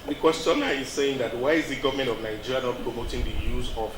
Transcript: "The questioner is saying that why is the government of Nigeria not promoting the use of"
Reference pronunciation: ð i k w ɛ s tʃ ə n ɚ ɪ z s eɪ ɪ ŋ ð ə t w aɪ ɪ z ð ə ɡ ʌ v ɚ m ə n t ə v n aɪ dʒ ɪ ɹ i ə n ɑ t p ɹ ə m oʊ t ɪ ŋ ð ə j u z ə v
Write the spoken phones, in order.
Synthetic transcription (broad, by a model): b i k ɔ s ə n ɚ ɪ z s eɪ ɪ ŋ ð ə t w aɪ ɪ z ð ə ɡ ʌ v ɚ m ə n t ə v n aɪ dʒ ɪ ɹ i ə n ɑ t p ɹ ə m oʊ t ɪ ŋ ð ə j u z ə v